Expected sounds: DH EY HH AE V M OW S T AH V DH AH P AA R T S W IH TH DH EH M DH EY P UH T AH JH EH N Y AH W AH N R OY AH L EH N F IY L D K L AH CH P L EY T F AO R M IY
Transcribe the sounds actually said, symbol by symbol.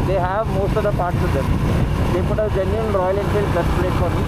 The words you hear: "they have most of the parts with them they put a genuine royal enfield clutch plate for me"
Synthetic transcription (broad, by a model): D EY HH AE V M OW S T AH V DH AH P AA R T S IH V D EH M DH EY P UH T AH JH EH N Y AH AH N R OY AH L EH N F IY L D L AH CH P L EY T F AO R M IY